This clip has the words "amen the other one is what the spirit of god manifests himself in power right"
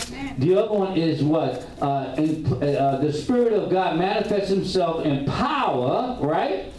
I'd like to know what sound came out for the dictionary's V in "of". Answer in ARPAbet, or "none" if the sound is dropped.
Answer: V